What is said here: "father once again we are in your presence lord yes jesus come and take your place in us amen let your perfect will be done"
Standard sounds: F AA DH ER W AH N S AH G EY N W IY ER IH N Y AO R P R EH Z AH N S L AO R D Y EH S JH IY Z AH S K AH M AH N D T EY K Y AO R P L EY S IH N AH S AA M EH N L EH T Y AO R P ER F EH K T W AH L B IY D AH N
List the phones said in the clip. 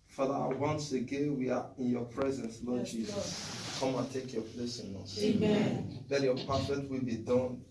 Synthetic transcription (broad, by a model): F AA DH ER W AH N S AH G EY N W IY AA IH N Y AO P R EH Z AH N S L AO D JH IY Z AH S K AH M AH N T EY K Y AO P L EY S IH N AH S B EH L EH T Y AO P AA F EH T W AH L B IY D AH N